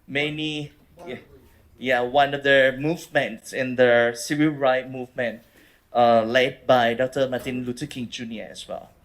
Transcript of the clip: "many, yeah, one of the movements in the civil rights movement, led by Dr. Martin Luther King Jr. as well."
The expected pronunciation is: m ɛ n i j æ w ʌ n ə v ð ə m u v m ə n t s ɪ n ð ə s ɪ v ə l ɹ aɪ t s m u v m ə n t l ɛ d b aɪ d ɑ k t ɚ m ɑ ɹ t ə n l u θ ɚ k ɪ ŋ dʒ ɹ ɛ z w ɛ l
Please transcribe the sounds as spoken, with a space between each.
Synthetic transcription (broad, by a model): m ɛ n i j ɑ w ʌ n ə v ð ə m u v m ə n t s ɪ n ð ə s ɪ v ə l ɹ aɪ t m u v m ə n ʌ l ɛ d b aɪ d ɑ k t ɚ m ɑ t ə n l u t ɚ k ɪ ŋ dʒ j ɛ s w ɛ l